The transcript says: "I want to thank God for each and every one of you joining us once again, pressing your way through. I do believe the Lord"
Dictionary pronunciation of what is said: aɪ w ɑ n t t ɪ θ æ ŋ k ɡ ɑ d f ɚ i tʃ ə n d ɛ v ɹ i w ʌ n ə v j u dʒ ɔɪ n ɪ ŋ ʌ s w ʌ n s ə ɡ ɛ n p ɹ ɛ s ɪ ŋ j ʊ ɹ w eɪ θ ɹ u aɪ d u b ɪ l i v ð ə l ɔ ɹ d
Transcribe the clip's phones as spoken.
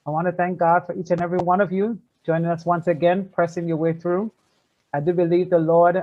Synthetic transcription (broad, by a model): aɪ w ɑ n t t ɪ θ æ ŋ k ɡ ɑ d f ɚ i tʃ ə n ɛ v ɹ i w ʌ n ə v j u dʒ ɔɪ n ɪ ŋ ʌ s w ʌ n s ə ɡ ɛ n p ɹ ɛ s ɪ ŋ j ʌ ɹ w eɪ θ ɹ u aɪ d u b ɪ l i v ð ə l ɔ ɹ d